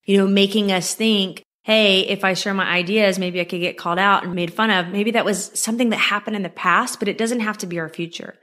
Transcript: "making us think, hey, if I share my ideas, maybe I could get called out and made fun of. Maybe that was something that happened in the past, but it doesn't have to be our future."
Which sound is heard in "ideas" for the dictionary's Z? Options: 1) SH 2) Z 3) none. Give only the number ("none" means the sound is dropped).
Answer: 2